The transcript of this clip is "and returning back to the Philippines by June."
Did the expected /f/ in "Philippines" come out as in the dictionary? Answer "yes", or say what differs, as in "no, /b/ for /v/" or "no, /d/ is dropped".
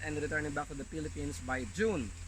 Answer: no, /p/ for /f/